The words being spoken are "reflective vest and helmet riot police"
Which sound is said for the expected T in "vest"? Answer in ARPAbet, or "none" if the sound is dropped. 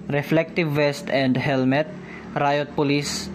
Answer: T